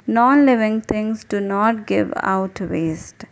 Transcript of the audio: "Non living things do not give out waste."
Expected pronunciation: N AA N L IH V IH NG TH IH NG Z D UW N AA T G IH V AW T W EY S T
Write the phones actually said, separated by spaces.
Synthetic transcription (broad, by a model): N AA N L IH V IH NG T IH NG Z D UW N AA T G IH V AW T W EY S T